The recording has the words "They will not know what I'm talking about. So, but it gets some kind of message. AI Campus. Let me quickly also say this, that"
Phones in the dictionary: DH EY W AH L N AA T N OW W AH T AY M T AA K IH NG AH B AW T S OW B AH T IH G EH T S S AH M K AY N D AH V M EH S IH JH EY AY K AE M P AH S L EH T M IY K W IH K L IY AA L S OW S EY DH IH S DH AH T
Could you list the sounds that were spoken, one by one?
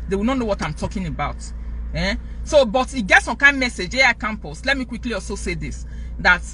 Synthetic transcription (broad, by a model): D EY W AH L N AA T N OW W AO T AY M T AA K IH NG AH B AW T S OW B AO T IH G EH T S S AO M K AY N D M EH S IH JH EY AY K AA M P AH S L EH T M IY K W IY K L IY AA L S OW S EY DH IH S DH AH T